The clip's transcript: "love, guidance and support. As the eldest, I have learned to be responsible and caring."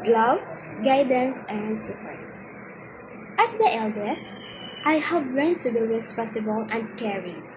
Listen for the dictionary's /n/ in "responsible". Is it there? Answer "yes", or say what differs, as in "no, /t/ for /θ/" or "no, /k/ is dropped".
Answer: no, /n/ is dropped